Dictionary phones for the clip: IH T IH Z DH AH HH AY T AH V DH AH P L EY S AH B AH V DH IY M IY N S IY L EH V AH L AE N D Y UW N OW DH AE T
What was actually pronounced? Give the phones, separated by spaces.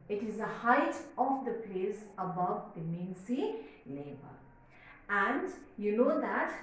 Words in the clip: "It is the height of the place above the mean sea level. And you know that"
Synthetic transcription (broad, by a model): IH T IH Z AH HH AY T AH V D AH P L EY S AH B AH V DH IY M IY N S IY L EH B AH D AE N D Y UW N OW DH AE T